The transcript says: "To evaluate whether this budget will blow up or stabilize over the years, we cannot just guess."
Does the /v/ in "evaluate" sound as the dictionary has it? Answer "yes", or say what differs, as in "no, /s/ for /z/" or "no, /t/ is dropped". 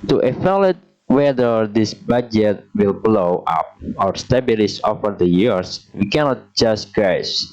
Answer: no, /f/ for /v/